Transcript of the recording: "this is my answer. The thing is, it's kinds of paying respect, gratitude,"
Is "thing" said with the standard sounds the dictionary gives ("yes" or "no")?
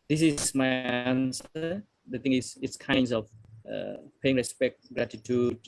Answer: no